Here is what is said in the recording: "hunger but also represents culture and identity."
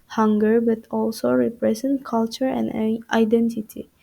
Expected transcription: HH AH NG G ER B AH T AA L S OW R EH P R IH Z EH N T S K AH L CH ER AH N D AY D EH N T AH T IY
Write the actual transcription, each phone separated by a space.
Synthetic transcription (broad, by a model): HH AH NG G ER B AH T AA L S OW R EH P R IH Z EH N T K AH L CH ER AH N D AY D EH N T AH T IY